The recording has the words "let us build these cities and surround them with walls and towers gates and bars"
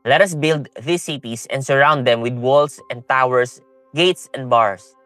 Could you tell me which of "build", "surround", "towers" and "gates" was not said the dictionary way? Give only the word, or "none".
towers